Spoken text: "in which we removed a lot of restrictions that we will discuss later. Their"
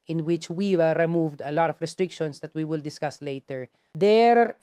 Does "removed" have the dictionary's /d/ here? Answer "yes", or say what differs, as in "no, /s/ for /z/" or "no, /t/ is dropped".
yes